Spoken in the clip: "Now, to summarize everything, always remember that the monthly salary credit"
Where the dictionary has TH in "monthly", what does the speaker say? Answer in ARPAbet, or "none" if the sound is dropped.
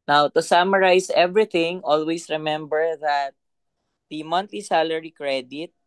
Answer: T